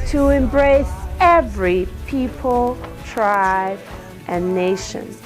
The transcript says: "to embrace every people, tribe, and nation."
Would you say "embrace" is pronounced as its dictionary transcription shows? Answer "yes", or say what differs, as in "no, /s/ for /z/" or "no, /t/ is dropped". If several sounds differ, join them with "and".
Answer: yes